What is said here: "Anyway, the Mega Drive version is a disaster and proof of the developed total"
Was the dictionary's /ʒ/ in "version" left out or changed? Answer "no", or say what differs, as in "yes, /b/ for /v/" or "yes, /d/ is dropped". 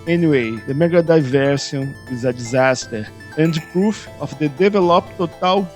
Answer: yes, /s/ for /ʒ/